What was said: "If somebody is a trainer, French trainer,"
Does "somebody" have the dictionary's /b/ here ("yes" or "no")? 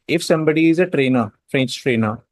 yes